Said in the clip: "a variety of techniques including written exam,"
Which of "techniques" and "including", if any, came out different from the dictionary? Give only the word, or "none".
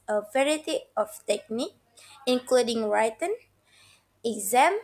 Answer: techniques